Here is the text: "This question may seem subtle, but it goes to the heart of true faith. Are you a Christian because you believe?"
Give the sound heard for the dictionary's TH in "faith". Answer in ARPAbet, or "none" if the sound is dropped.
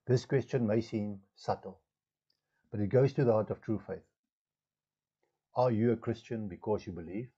TH